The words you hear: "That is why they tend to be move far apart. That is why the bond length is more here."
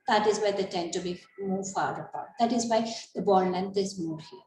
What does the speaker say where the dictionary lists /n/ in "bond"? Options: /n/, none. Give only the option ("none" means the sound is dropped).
none